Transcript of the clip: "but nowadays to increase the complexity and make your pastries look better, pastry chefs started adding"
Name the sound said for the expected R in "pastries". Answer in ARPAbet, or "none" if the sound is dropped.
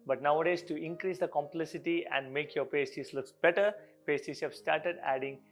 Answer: none